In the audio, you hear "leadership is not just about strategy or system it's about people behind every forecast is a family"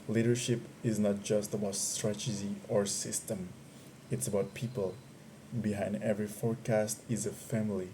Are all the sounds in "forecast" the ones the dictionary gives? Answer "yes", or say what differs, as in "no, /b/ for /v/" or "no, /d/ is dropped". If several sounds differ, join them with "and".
yes